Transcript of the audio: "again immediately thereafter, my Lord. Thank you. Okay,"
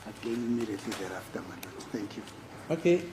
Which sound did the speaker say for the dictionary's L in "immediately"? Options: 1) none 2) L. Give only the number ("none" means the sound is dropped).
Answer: 1